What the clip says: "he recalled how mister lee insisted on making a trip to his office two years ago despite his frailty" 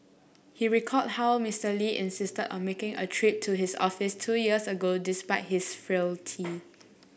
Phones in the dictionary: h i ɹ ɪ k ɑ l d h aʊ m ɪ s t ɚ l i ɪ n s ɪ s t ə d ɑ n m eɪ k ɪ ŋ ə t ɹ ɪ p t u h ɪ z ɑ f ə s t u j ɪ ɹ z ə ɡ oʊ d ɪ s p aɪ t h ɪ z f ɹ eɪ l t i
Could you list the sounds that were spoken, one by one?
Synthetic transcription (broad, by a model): h i ɹ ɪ k ɑ d h aʊ m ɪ s t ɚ l i ɪ n s ɪ s t ə d ɑ n m eɪ k ɪ ŋ ə t ɹ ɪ p t u h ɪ s ɑ f ə s t u j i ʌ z ə ɡ oʊ d ɪ s p aɪ t h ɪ s f ɹ eɪ l t i